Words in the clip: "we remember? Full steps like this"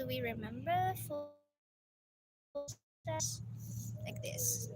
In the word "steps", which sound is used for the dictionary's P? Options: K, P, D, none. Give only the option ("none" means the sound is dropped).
none